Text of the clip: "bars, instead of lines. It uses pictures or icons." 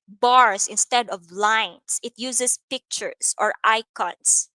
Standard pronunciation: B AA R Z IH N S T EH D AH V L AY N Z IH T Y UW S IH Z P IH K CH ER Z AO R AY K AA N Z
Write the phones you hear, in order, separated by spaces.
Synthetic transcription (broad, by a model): B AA R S IH N S T EH D AH V L AY N S IH T Y UW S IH S P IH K CH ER S AO R AY K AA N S